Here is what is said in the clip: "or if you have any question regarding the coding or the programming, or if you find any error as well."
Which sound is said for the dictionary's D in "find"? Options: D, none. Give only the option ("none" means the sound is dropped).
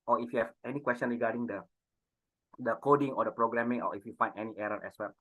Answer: none